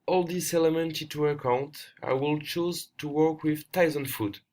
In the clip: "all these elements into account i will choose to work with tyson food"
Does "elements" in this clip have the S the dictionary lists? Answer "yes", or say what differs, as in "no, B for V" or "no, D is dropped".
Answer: no, S is dropped